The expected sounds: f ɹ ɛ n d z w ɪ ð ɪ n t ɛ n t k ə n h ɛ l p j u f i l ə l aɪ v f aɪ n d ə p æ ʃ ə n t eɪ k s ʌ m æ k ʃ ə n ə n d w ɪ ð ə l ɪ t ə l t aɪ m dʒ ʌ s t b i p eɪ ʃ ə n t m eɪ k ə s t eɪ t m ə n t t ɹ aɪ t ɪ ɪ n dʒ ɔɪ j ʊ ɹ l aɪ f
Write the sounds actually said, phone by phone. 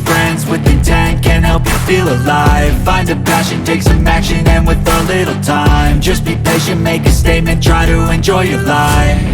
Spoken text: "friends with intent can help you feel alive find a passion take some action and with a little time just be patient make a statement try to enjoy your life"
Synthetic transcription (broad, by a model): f ɹ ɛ n d z w ɪ ð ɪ t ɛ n k ə n h ɛ l p j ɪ f i l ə l aɪ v f aɪ n d ə p æ ʃ ə n t eɪ k s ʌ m æ k ʃ ə n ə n w ɪ ð ə l ɪ t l t aɪ m dʒ ʌ s b i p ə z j m eɪ k ə s t eɪ t m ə n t t ɹ aɪ t ɪ ɪ n dʒ ɔɪ j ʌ ɹ l aɪ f